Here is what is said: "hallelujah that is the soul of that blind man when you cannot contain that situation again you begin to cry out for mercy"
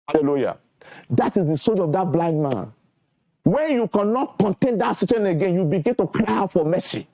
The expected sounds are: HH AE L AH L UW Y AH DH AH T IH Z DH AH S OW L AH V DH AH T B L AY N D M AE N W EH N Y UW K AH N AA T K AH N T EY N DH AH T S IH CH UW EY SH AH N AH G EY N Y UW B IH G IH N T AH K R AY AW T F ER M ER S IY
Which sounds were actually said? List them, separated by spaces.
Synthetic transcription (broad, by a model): HH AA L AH L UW Y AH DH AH T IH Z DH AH S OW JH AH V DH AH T B L AY N D M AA N W EH N Y UW K AH N AA T K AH N T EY N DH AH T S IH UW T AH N AH G EY N Y UW B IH G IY N T AH K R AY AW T F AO M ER S IY